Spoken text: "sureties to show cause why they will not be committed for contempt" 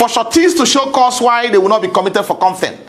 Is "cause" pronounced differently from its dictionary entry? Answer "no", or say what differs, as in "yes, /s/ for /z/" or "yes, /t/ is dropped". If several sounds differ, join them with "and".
yes, /s/ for /z/